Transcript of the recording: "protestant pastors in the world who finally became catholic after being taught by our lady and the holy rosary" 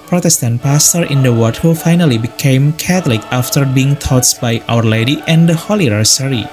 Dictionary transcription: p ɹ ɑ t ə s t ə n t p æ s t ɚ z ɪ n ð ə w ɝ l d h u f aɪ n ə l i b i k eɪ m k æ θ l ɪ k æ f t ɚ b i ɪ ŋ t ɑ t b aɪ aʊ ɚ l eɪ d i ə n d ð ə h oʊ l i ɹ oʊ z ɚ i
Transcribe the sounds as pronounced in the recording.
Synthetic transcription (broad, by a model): p ɹ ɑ t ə s t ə n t p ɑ s t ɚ ɪ n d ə w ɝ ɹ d h u f aɪ n ə l i b i k eɪ m k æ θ l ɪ k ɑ f t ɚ b i ɪ ŋ t ɑ t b aɪ aʊ ɚ l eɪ d i ə n d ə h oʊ l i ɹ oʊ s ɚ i